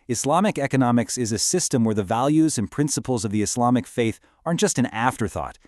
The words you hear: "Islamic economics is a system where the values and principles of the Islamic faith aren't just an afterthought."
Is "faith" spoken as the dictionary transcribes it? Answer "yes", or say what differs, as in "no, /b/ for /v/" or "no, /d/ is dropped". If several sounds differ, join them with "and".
yes